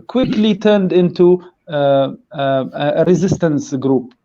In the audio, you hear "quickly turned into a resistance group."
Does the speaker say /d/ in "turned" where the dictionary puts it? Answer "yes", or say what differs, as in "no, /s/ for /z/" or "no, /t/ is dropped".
yes